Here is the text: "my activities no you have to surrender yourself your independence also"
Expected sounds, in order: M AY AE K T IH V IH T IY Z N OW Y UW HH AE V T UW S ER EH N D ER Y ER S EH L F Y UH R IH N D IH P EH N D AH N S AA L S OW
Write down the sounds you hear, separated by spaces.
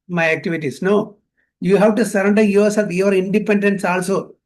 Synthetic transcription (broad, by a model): M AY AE K T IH V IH T IY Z N OW Y UW HH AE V T UW S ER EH N D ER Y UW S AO F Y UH R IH N D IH P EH N D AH N S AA L S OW